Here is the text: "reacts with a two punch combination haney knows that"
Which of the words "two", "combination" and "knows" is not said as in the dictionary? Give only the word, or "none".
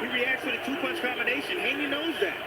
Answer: combination